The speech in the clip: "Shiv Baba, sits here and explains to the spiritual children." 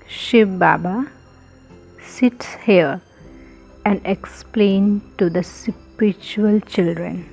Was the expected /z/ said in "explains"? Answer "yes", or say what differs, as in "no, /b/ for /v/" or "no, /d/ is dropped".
no, /z/ is dropped